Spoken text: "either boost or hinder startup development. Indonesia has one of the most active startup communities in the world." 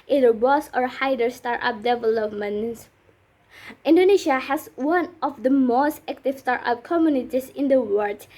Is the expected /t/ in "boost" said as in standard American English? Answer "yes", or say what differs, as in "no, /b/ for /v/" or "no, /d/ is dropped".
no, /t/ is dropped